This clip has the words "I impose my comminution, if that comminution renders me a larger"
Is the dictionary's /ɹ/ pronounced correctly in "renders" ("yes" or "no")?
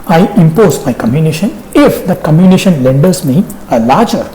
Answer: no